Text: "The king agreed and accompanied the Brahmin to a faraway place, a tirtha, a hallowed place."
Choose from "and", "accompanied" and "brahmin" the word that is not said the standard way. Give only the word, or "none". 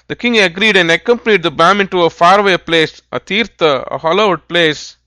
brahmin